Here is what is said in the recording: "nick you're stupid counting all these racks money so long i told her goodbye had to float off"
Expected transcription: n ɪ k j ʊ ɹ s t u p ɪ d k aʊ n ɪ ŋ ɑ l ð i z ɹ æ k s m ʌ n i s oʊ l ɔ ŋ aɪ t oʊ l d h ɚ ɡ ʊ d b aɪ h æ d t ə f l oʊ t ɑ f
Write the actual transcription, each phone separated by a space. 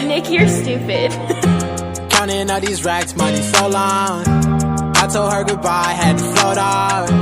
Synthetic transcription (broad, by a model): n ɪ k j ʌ ɹ s t u p ɪ d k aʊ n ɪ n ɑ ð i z ɹ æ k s m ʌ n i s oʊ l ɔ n aɪ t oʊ l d h ɚ ɡ ʊ d b aɪ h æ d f oʊ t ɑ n